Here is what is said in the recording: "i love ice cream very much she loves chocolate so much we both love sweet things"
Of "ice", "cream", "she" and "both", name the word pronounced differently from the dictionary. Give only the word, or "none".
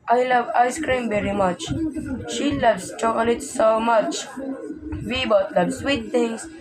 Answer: both